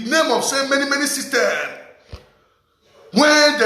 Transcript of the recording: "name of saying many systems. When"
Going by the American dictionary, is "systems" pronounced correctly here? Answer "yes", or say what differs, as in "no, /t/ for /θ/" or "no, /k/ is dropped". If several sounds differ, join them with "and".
no, /z/ is dropped